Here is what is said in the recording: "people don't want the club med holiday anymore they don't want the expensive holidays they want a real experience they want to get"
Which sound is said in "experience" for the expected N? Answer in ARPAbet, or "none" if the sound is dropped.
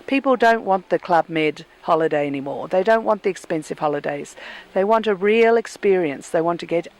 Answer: N